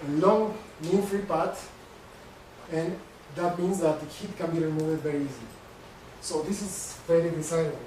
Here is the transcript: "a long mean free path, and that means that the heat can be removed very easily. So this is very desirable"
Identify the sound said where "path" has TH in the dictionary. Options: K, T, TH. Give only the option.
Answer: T